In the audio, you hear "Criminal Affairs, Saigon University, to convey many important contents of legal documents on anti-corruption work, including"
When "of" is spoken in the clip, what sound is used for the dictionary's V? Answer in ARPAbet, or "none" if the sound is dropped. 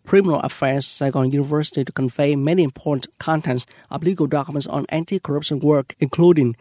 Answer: B